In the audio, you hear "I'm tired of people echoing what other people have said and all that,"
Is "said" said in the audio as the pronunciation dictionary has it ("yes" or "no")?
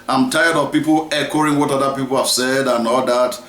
yes